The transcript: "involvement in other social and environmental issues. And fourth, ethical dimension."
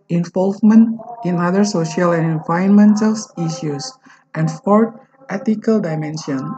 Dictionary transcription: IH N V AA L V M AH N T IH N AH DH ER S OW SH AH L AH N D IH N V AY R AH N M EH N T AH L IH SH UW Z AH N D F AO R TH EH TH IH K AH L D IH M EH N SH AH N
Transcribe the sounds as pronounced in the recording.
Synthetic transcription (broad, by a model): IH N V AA L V M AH N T IH N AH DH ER S OW SH AH L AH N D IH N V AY AH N M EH N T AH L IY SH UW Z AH N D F AO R T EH T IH K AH L D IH M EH N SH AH N